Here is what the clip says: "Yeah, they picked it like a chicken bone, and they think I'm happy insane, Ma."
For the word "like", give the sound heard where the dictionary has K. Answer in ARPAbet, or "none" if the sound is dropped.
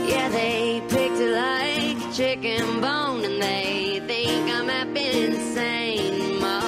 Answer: none